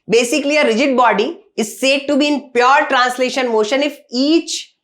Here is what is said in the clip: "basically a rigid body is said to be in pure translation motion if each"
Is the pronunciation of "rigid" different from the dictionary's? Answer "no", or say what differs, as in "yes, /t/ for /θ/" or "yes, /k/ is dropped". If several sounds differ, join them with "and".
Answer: no